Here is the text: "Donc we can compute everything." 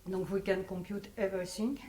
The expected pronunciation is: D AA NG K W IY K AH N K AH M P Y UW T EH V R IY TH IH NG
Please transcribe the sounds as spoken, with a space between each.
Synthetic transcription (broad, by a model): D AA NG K W IY K AH N K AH P Y UW T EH V R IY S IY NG